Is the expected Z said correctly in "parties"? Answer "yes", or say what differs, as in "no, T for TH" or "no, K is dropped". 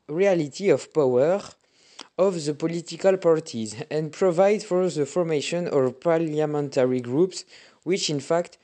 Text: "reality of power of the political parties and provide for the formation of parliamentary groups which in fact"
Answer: yes